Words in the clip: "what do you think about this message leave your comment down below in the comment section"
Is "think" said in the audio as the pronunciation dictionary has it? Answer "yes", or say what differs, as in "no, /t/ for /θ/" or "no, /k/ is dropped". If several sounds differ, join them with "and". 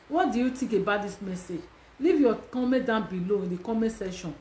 no, /t/ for /θ/ and /ŋ/ is dropped